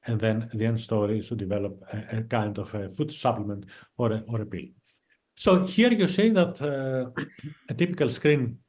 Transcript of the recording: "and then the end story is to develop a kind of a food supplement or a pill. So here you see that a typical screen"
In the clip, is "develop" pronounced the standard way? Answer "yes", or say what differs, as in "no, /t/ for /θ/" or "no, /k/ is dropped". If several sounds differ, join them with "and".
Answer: yes